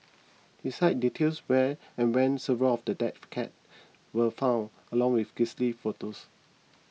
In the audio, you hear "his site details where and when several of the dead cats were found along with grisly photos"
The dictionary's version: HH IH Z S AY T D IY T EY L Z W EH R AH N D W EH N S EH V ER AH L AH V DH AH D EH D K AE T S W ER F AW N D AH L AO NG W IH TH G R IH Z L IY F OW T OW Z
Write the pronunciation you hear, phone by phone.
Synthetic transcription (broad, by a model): HH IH S AY T D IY T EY L S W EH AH N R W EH N S EH V ER AH L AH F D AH D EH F K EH T W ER F AW N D AH L AO NG W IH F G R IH S L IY F OW T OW S